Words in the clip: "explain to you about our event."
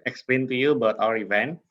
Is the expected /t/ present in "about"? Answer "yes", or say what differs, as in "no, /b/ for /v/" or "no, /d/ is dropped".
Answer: yes